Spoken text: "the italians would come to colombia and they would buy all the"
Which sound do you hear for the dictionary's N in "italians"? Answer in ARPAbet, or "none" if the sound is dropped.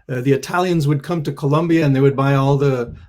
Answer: N